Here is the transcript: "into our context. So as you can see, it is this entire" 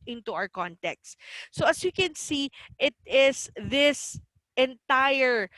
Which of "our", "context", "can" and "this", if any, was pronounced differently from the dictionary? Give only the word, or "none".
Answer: none